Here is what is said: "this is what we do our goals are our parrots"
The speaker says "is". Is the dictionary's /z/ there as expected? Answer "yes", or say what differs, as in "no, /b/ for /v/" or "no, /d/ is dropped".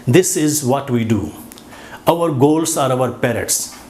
yes